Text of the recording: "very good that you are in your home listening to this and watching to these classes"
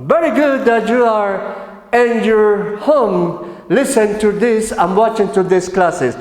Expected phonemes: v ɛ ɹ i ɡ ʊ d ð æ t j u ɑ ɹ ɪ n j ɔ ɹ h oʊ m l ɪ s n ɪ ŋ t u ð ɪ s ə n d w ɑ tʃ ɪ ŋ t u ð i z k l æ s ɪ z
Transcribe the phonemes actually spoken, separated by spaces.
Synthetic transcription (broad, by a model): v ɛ ɹ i ɡ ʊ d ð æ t j u ɑ ɹ ɪ n j ɔ ɹ h oʊ m l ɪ s ɪ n t u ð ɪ s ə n w ɑ tʃ ɪ ŋ t u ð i s k l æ s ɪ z